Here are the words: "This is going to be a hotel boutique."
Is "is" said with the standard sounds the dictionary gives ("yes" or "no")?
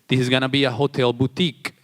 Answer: yes